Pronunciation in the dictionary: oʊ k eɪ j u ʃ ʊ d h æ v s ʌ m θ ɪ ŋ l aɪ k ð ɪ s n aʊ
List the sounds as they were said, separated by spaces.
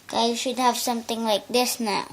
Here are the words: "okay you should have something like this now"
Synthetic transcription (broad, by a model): k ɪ j u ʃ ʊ d h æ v s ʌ m t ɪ ŋ l aɪ k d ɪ s n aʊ